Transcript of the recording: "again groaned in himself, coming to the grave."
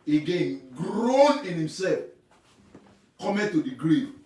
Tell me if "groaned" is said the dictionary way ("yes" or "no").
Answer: no